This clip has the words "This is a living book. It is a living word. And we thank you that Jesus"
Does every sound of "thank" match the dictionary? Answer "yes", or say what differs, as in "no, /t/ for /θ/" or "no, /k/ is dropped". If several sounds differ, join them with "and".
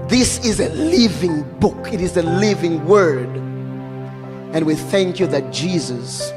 yes